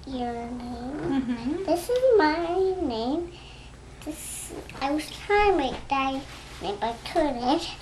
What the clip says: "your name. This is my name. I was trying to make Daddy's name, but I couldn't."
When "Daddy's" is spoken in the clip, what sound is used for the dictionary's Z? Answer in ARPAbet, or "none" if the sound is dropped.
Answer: none